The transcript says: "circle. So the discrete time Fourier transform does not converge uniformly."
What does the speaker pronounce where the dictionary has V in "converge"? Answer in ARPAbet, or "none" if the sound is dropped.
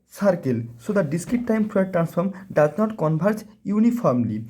B